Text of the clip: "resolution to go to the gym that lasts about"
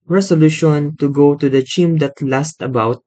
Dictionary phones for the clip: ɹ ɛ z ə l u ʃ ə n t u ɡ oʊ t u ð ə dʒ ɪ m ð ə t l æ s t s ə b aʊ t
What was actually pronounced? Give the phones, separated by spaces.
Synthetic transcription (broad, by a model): ɹ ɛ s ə l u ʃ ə n t u ɡ oʊ t u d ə tʃ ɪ m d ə t l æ s t ə b aʊ t